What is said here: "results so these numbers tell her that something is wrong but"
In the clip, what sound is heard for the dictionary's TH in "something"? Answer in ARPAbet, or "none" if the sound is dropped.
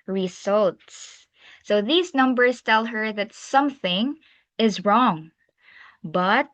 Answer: TH